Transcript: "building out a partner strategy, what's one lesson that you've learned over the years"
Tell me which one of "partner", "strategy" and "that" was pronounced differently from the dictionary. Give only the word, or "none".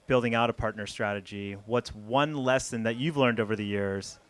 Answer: none